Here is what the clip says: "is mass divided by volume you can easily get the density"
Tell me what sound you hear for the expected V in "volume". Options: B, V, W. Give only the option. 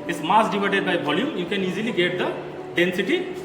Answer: B